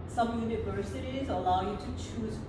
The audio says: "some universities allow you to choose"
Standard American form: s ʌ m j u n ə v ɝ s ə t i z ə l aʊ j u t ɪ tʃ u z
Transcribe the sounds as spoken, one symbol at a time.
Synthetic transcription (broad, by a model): s ʌ m j u n ə v ɝ s ə t i z ə l aʊ j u t ɪ tʃ u z